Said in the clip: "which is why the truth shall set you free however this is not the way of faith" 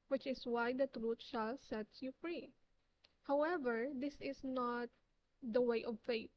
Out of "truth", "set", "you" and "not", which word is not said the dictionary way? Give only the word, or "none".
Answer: truth